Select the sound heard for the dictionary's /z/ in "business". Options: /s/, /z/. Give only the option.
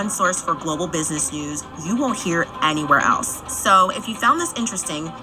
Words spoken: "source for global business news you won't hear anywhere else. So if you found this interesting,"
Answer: /z/